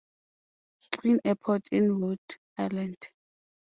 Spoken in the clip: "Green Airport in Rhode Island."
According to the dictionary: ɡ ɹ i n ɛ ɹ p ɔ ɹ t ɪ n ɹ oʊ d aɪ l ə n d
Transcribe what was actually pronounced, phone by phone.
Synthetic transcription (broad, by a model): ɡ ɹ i n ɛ p ɔ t ɪ n w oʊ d aɪ l ə n d